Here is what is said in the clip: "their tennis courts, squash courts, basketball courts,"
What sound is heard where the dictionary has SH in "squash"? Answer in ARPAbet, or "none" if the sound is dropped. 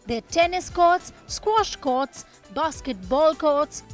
SH